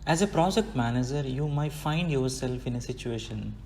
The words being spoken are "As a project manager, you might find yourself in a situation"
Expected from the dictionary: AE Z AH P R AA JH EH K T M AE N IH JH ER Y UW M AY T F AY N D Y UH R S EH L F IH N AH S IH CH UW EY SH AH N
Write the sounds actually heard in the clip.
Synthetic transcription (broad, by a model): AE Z AH P R AA JH EH K T M AE N IH JH ER Y UW M AY T F AY N D Y UH R S EH L F IH N AH S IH CH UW EY SH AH N